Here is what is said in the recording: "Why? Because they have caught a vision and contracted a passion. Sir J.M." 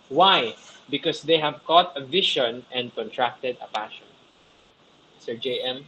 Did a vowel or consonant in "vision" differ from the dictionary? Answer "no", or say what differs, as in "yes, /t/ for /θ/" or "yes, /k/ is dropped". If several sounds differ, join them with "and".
yes, /ʃ/ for /ʒ/